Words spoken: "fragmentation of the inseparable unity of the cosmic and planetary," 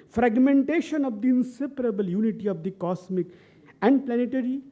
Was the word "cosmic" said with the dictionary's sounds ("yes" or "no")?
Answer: no